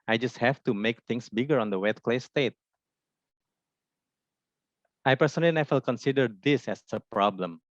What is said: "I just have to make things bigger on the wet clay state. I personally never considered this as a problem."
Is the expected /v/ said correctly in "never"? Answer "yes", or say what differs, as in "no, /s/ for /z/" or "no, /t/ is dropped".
no, /f/ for /v/